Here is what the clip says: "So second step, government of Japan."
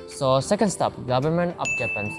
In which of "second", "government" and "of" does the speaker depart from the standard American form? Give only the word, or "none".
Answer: of